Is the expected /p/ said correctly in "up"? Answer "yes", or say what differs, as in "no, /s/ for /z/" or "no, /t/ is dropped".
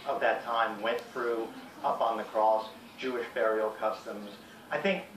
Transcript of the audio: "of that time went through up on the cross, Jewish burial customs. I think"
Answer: yes